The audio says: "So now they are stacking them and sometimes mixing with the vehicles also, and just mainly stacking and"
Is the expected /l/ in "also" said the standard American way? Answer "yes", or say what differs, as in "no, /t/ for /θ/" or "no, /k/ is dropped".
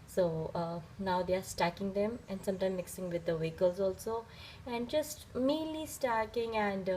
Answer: yes